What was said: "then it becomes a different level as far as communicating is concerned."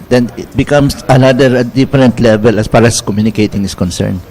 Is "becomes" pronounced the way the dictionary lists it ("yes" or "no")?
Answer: no